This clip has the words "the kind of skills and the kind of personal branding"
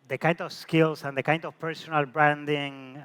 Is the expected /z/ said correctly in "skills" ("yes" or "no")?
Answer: no